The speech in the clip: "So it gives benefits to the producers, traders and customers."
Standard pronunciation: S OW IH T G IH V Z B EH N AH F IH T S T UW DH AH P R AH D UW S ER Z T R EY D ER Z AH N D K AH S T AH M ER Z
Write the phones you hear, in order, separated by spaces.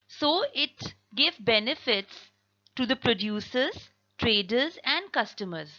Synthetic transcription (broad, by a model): S OW IH T G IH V B EH N AH F IH T S T UW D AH P R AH D UW S ER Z T R EY D ER Z AH N D K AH S T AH M ER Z